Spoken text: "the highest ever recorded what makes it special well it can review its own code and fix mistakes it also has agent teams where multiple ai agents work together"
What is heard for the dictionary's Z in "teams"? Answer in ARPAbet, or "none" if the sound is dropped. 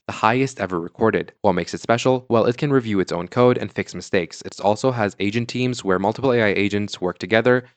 Z